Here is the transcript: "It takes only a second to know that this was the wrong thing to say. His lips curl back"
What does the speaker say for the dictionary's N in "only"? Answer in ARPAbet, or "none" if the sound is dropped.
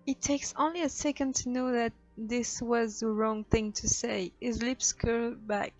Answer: N